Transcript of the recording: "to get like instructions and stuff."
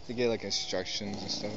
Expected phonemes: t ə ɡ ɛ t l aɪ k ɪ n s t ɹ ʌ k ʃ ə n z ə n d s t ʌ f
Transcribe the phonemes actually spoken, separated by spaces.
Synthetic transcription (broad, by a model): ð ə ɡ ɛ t l aɪ k ɪ n s t ɹ ʌ k ʃ ə n z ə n s t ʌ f